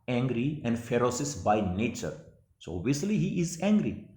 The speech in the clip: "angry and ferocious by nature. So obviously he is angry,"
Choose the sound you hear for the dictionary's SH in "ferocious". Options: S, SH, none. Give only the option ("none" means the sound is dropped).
S